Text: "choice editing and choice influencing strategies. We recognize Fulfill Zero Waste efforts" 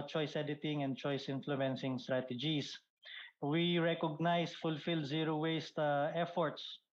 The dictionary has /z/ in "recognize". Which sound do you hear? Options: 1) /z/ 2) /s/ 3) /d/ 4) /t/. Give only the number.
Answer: 2